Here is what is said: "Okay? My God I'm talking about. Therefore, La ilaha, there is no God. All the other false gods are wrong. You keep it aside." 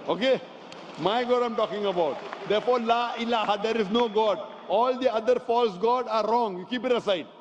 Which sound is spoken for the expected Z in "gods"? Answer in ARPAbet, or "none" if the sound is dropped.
none